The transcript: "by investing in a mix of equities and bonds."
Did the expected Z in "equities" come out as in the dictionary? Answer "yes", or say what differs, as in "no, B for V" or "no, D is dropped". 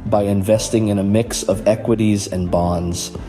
yes